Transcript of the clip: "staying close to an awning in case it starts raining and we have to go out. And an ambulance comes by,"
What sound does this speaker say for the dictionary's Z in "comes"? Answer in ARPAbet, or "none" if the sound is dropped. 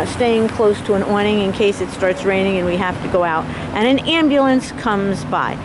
Z